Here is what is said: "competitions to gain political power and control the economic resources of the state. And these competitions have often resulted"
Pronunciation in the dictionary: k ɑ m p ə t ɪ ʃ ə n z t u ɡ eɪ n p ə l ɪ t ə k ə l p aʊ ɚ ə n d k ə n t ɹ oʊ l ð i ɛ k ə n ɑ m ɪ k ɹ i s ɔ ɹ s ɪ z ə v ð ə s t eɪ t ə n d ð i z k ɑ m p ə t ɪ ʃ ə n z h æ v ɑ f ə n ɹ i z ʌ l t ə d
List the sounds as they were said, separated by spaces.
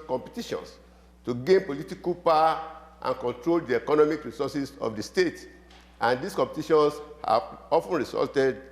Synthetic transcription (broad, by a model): k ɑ m p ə t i ʃ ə n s t u ɡ eɪ n p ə l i t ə k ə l p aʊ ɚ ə n k ə n t ɹ oʊ l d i ɛ k ə n ɑ m ɪ k ɹ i s ɔ s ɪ s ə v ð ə s t eɪ t ə n d i s k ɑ m p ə t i ʃ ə n s h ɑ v ɑ f ə n ɹ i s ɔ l t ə d